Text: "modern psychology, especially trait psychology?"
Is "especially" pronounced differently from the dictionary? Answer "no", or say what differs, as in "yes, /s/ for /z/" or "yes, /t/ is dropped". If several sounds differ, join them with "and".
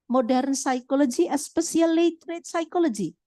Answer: yes, /s/ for /ʃ/